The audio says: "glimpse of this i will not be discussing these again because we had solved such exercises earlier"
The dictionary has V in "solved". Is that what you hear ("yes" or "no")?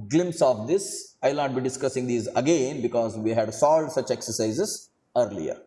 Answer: no